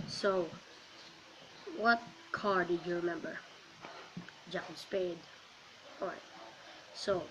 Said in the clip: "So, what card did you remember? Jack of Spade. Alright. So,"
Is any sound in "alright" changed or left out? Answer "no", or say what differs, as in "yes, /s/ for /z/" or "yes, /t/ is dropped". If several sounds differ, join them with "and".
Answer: yes, /l/ is dropped